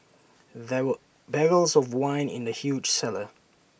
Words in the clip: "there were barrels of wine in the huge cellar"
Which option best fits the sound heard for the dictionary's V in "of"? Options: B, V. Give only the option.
V